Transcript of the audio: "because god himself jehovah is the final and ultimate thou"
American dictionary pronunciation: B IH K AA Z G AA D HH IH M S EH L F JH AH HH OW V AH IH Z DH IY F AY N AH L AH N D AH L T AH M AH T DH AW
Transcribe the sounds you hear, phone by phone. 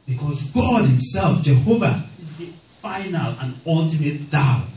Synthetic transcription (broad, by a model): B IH K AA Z G AA D HH IH M S EH L F JH AH HH OW V AH IH Z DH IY F AY N AH L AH N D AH L T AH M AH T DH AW